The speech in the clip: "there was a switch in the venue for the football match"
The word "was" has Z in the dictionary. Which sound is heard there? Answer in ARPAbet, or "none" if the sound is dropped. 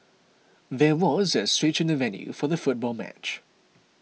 Z